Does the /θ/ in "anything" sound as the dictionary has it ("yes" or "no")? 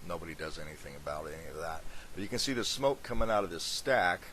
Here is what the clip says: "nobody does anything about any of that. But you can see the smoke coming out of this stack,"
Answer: yes